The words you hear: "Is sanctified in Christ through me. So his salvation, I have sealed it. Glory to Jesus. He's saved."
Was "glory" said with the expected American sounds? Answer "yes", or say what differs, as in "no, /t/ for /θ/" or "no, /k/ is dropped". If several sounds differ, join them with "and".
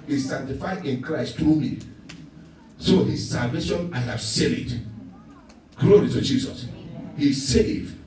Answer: yes